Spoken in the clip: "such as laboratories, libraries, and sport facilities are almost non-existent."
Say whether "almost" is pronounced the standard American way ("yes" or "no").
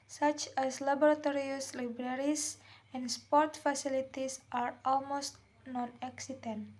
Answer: yes